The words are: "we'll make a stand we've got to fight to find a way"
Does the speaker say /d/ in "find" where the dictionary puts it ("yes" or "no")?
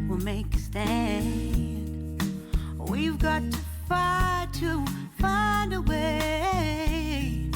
yes